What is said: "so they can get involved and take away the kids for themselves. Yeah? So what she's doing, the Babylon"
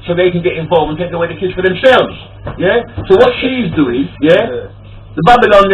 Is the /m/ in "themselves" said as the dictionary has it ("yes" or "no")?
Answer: yes